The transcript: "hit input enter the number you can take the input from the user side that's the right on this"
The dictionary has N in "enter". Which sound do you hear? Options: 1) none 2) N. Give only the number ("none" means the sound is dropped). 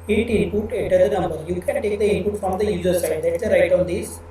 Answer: 1